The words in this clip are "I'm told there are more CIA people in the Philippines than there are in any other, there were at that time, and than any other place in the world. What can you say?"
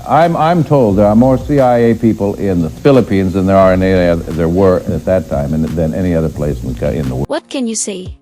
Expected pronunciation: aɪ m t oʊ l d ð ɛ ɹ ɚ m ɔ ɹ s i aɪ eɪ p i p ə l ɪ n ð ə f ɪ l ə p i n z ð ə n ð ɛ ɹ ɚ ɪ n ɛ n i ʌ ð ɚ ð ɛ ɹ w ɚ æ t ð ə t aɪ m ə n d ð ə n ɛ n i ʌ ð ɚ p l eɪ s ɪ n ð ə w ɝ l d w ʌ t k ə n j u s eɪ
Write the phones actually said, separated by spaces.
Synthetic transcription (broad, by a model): aɪ m t oʊ l d ð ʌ ɹ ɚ m ɔ ɹ s i aɪ eɪ p i p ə l ɪ n ð ə f ɪ l ə p i n z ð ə n ð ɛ ɹ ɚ ɛ n i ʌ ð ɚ ð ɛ ɹ w ɚ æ t ð ə t aɪ m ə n ð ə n ɛ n i ʌ ð ɚ p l eɪ s ɪ n ð ə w w ʌ t k ə n j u s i